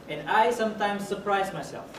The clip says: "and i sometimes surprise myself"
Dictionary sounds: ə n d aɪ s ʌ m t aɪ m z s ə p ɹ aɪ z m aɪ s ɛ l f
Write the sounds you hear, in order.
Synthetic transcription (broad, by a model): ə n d aɪ s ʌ m t aɪ m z s ə p ɹ aɪ z m aɪ s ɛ l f